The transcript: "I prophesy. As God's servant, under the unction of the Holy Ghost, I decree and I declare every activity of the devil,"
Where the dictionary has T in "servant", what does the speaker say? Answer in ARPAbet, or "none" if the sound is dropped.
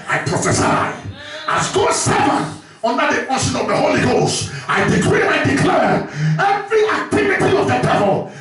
none